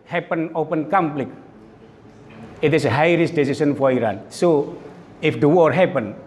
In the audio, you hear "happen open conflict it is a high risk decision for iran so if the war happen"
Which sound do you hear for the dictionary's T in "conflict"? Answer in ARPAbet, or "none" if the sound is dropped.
none